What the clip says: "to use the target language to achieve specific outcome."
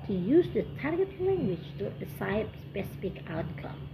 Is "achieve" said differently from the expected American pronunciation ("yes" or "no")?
yes